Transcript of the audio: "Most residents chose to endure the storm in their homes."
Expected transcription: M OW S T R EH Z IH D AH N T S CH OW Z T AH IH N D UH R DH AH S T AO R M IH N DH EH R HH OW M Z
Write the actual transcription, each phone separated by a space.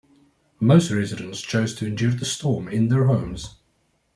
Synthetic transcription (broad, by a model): M OW S T R EH Z IH D AH N T S CH OW Z T AH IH N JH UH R DH AH S T AO M IH N DH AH R HH OW M Z